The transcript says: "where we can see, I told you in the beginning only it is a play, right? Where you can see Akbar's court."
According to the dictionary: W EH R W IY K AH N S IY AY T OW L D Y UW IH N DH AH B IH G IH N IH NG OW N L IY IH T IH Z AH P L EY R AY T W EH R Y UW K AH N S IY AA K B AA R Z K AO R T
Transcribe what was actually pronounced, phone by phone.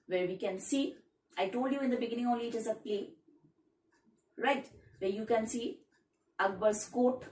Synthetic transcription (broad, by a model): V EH R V IY K AH N S IY AY T OW L D Y UW IH N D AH B IH G IH N IH NG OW L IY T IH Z AH P L EY R AY T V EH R Y UW K AH N S IY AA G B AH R S K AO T